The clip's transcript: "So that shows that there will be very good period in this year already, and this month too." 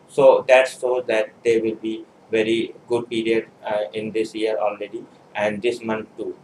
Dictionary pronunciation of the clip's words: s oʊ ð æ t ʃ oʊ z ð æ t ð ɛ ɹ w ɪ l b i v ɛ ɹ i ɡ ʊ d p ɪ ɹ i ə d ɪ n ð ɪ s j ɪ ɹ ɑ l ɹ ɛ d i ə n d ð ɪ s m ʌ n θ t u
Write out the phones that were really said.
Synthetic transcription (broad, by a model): s oʊ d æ t s oʊ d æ t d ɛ ɹ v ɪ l b i v ɛ ɹ i ɡ ʊ d p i ɹ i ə d ɪ n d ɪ s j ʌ ɹ ɑ l ɹ ɛ d i ə n d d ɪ s m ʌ n t t u